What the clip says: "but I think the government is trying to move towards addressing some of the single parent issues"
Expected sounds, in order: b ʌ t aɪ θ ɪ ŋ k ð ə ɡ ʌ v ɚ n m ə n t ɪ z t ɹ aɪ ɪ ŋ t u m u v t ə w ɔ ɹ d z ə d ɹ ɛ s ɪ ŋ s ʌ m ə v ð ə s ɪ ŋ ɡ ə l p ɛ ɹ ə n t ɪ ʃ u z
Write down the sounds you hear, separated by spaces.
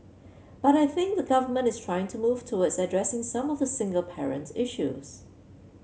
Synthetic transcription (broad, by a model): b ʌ t aɪ θ ɪ ŋ k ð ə ɡ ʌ v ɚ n m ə n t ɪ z t ɹ aɪ ɪ ŋ t u m u v t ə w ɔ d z ə d ɹ ɛ s ɪ ŋ s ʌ m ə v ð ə s ɪ ŋ ɡ ə l p ɛ ɹ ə n t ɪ ʃ u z